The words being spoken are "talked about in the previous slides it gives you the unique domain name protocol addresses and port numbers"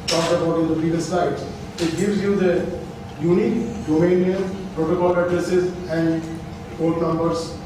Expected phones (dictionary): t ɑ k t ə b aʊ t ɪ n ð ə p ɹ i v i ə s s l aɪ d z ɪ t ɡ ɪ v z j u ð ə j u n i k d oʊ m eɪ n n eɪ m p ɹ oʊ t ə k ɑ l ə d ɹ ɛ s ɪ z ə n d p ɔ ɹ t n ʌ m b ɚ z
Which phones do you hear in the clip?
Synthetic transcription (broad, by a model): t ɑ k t ə b aʊ t ɪ n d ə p i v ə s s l aɪ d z ɪ t ɡ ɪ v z j u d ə j u n i k d oʊ m eɪ n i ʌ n p ɹ oʊ t ə k ɑ l ə d ɹ ɛ s ɪ z ə n d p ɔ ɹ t n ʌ m b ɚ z